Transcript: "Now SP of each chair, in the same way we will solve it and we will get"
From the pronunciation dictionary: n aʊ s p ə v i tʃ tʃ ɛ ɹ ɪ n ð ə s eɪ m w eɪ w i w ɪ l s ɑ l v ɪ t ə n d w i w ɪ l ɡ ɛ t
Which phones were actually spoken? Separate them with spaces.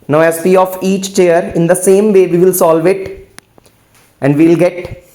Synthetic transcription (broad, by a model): n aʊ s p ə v i tʃ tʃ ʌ ɹ ɪ n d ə s eɪ m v eɪ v i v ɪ l s ɑ l v ɪ t ə n d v i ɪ l ɡ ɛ t